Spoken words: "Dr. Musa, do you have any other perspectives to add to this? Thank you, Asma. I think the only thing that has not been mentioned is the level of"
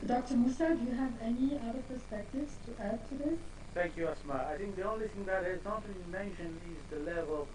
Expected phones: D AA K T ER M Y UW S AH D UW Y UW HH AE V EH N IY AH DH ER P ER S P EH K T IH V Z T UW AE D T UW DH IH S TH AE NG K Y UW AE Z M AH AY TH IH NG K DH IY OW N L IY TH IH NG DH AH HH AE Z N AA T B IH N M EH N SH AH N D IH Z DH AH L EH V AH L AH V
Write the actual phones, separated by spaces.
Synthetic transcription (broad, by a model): D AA K T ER M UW S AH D Y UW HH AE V EH N IY AH DH ER P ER S P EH K T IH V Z T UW AE D T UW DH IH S TH AE NG K Y UW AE S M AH AY TH IH NG K DH IY OW N L IY TH IH NG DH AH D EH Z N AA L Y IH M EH N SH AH N IH Z DH AH L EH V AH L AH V